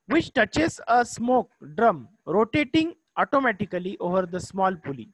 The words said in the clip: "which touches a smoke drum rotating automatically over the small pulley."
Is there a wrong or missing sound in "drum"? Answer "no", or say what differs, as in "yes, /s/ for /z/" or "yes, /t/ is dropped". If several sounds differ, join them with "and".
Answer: no